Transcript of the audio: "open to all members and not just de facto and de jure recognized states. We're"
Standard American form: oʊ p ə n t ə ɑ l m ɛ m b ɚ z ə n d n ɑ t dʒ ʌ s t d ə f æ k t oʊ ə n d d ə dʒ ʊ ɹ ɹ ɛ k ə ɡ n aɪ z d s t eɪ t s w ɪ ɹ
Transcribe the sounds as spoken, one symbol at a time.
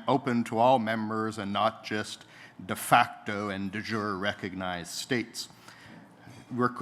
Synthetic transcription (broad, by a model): oʊ p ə n t ə ɑ l m ɛ m b ɚ z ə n n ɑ t dʒ ʌ s t d ə f æ k t oʊ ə n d d ə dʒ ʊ ɹ ɹ ɛ k ə ɡ n aɪ z d s t eɪ t s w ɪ ɹ